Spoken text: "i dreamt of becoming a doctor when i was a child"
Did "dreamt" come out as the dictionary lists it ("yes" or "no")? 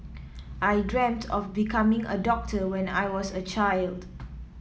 yes